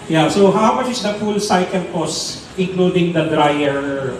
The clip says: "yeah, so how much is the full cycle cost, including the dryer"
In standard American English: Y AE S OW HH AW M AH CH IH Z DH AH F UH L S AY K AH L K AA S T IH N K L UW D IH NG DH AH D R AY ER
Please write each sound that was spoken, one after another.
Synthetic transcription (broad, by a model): Y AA S OW HH AW M AH CH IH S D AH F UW L S AY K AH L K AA S IH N K L UW D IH NG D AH D R AY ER